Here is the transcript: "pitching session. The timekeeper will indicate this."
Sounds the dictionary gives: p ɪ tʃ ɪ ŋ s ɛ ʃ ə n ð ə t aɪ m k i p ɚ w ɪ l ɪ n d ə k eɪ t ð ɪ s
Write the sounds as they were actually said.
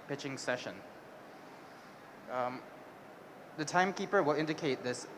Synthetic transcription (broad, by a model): p ɪ tʃ ɪ ŋ s ɛ ʃ ə n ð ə t aɪ m k i p ɚ w ɪ l ɪ n d ə k eɪ t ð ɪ s